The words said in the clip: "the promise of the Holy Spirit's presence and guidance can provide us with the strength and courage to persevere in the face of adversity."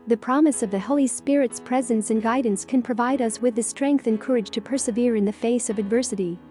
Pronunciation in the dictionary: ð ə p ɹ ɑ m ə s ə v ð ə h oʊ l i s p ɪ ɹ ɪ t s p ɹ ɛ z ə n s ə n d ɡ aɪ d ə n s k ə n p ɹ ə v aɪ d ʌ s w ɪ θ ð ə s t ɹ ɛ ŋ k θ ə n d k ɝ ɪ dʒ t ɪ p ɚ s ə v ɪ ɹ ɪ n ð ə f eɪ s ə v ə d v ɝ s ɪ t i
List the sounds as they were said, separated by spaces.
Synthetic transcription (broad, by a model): ð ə p ɹ ɑ m ə s ə v ð ə h oʊ l i s p ɪ ɹ ɪ t s p ɹ ɛ z ə n s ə n ɡ aɪ d n s k ə n p ɹ ə v aɪ d ʌ s w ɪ ð ə s t ɹ ɛ ŋ k θ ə n k ɝ ɪ dʒ t ɪ p ɚ s ə v ɪ ɹ ɪ n ð ə f eɪ s ə v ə d v ɝ s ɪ t i